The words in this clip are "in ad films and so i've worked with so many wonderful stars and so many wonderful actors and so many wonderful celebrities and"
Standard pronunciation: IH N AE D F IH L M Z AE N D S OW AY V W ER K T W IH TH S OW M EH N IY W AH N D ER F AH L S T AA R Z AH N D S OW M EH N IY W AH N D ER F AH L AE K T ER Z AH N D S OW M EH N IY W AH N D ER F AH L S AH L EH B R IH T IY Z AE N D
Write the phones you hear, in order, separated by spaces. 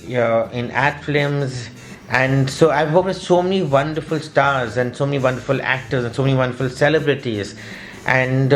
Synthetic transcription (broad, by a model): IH N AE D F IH M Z AE N D S OW AY V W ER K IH S OW M EH N IY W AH N D ER F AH L S T AA R Z AH N D S OW M EH N IY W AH N D ER F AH L AE K T ER Z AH N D S OW M EH N IY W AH N D ER F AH L S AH L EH B R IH T IY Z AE N D